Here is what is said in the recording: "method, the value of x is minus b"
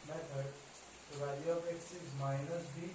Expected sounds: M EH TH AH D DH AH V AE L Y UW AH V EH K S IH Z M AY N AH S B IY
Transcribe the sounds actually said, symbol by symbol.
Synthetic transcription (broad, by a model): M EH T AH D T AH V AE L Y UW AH P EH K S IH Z M AY N AH S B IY